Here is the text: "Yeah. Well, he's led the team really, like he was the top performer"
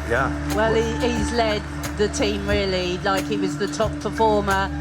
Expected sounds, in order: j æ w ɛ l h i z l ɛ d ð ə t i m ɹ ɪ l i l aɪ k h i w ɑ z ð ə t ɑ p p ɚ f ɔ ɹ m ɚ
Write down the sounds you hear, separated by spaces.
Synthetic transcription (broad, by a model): j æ w ɛ l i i z l ɛ d ð ə t i m ɹ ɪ l i l aɪ k h i w ɑ z ð ə t ɑ p p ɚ f ɔ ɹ m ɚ